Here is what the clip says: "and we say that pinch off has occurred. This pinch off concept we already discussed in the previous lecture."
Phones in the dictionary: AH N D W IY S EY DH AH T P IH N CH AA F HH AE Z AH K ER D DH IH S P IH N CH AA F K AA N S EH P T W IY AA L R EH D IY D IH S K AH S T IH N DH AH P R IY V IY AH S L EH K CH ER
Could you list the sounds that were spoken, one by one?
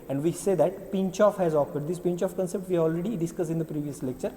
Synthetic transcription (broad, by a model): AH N D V IY S EY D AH T P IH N CH AA F HH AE Z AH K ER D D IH S P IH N CH AA F K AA N S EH P T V IY AA L R EH D IY D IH S K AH S IH N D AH P R IY V IY AH S L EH K CH ER